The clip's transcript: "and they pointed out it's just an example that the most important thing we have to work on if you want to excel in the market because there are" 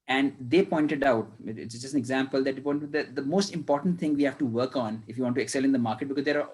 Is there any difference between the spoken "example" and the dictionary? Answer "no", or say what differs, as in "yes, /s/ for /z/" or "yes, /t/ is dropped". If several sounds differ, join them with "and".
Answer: no